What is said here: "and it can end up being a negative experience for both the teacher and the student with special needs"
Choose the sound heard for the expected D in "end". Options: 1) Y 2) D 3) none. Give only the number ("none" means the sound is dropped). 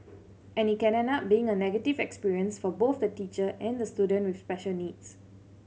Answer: 3